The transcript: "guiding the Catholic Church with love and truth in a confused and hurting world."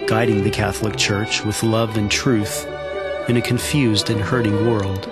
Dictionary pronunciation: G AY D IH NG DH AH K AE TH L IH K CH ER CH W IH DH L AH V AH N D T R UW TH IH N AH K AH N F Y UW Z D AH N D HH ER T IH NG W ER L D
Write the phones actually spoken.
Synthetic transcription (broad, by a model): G AY D IH NG DH AH K AE TH L IH K CH ER CH W IH DH L AH V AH N T R UW TH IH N AH K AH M F Y UW Z D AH N HH ER T IH NG W ER L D